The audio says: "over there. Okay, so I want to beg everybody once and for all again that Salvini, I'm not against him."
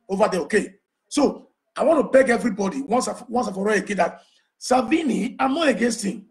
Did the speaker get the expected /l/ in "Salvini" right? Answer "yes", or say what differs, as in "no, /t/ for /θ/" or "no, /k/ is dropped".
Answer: no, /l/ is dropped